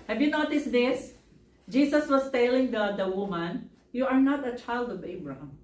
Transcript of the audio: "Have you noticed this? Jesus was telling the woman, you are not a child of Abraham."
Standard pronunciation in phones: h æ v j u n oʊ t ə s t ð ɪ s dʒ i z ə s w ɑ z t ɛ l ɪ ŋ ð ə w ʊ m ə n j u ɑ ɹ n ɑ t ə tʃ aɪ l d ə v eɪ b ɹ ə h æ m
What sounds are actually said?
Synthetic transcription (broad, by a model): h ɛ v j u n oʊ t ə s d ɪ s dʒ i s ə s w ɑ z t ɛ l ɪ ŋ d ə w ʊ m ə n j u ɑ ɹ n ɑ t ə tʃ aɪ l d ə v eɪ b ɹ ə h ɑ m